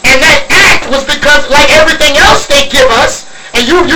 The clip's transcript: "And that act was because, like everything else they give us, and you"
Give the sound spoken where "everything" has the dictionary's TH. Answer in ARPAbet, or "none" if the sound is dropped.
TH